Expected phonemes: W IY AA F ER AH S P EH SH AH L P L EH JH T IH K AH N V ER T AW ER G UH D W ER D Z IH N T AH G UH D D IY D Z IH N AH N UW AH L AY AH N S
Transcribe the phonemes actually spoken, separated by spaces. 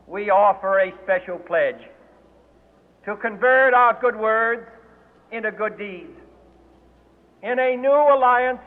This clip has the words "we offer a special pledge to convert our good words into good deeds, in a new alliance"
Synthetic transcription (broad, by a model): W IY AA F ER AH S P EH SH L P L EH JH T IH K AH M V ER T AW ER G UH D W ER D Z IH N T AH G UH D D IY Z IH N AH N UW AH L AY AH N S